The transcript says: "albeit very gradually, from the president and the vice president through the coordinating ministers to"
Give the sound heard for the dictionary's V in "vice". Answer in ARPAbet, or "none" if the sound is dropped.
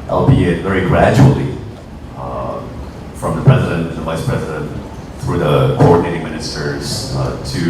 V